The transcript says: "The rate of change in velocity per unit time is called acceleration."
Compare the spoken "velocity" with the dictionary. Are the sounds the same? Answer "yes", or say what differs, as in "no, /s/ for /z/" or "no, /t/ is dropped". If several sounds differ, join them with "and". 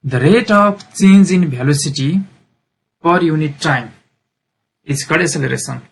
no, /b/ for /v/